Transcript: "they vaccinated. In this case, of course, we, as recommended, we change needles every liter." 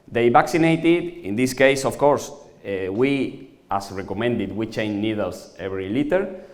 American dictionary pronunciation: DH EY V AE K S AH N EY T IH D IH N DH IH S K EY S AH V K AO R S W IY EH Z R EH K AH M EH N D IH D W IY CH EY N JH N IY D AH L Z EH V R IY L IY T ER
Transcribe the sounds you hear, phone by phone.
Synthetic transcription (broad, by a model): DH EY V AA K S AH N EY T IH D IH N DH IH S K EY S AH F K AO R S W IY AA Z R EH K AH M EH N D IH D W IY CH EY N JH N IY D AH L S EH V R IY L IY T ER